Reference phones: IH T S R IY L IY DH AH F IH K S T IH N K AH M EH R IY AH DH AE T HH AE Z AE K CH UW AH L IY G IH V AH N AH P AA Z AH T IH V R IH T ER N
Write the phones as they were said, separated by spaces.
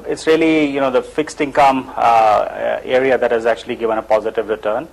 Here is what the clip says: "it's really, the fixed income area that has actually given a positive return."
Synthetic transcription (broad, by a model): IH T S R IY L IY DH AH F IH K S T IH N K AH M EH R IY AH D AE T HH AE Z AE K CH UW AH L IY G IH V AH N AH P AA Z AH T IH V R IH T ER N